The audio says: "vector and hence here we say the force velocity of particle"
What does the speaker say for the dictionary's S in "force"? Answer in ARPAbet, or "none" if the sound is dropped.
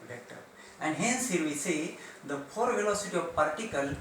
none